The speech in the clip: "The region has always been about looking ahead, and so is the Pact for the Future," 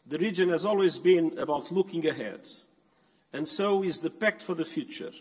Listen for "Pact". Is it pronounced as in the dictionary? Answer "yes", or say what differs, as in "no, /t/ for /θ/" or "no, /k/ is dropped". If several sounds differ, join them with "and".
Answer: yes